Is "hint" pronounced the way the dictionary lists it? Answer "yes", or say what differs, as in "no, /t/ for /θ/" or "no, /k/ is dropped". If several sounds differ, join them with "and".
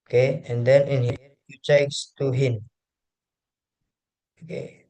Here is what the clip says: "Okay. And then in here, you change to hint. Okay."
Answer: no, /t/ is dropped